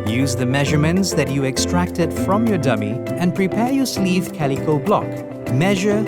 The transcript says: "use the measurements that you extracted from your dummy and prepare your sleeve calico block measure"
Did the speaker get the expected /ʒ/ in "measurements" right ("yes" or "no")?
yes